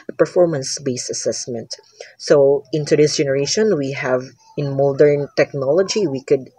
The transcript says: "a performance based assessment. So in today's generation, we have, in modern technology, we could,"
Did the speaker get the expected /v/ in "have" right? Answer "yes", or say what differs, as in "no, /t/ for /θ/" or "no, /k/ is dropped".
yes